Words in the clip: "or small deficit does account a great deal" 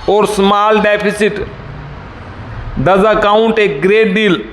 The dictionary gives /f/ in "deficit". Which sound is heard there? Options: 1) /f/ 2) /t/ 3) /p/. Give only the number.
3